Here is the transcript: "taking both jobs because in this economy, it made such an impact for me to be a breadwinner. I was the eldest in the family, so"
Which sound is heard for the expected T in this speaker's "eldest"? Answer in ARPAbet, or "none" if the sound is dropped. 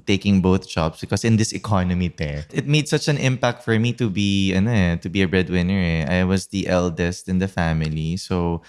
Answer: T